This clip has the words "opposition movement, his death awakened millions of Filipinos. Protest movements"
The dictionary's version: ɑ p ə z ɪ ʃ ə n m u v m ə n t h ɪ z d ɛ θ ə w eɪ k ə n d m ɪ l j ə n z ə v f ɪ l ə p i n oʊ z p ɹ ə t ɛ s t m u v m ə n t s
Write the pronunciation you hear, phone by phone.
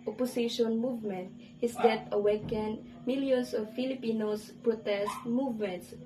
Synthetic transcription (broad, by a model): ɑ p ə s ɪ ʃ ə n m u v m ə n t h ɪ s d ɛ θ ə w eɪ k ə n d m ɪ l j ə n s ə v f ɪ l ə p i n oʊ s p ɹ ə t ɛ s t m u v m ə n t s